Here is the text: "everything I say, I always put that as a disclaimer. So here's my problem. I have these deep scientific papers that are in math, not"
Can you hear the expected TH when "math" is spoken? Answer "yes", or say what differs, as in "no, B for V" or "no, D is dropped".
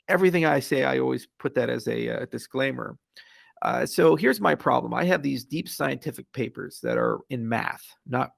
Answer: yes